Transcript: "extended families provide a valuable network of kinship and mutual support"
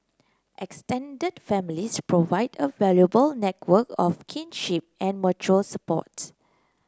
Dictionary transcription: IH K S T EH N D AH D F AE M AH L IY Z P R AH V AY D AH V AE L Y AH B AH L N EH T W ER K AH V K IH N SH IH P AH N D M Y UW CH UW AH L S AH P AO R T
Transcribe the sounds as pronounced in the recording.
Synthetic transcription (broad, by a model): IH K S T EH N D AH D F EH M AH L IY S P R AH V AY D AH V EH L Y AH B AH L N EH T W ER K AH F K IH N SH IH P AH N M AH CH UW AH L S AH P AO T